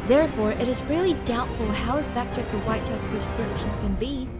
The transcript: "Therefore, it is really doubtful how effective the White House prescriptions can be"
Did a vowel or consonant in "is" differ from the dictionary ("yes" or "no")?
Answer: no